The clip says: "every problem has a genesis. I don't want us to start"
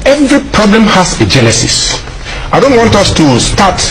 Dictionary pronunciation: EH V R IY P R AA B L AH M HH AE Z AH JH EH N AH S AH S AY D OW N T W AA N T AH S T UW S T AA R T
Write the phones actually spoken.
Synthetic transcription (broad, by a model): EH V R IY P R AA B L AH M HH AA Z AH JH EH L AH S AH S AY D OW N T W AA N T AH S T UW S T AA T